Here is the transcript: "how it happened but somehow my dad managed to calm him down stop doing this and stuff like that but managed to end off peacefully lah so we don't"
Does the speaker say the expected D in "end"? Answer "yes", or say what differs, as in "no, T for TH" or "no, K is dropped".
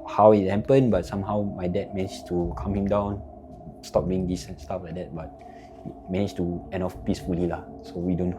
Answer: no, D is dropped